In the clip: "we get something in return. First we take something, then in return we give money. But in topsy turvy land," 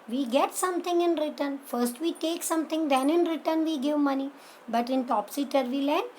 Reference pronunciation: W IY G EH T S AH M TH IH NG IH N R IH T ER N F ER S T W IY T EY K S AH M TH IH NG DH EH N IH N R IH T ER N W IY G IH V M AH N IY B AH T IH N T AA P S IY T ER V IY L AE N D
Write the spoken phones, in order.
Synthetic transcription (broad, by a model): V IY G EH T S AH M T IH NG IH N R IH T ER N F ER S T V IY T EY K S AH M T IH NG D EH N IH N R IH T ER N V IY G IH V M AH N IY B AH T IH N T AA P S IY T ER V IY L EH N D